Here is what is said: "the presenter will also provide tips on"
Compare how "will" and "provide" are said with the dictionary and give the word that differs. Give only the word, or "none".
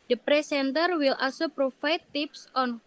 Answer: provide